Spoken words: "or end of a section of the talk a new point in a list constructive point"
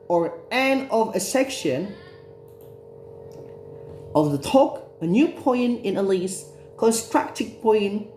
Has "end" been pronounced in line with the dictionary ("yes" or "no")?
no